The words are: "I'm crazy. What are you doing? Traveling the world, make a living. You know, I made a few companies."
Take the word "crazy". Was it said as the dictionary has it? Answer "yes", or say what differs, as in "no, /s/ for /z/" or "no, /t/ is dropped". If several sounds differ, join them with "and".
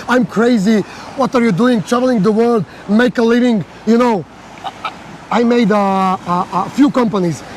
yes